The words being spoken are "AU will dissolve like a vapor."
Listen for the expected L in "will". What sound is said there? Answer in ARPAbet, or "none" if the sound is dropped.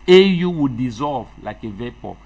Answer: W